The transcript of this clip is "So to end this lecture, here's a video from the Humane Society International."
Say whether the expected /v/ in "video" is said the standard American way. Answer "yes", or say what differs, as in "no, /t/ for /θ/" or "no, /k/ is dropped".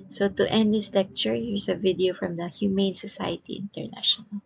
yes